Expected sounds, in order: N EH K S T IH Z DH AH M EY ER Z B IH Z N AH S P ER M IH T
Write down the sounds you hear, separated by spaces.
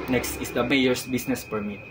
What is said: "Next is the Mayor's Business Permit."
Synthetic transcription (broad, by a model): N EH K S T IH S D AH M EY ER S B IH S N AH S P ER M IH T